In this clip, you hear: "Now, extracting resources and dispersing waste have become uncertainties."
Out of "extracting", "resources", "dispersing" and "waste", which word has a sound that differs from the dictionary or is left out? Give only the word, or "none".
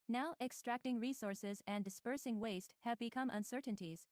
none